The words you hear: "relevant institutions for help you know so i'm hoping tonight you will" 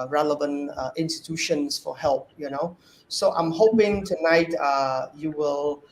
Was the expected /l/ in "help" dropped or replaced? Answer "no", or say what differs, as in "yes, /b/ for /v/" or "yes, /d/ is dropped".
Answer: no